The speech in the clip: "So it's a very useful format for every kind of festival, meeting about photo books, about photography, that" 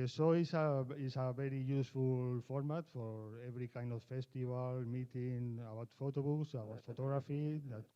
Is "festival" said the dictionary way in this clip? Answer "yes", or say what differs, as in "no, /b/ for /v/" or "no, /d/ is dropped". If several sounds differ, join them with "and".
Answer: no, /b/ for /v/